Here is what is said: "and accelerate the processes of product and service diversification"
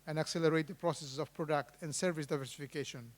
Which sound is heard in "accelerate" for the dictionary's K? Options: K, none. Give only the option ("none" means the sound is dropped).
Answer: K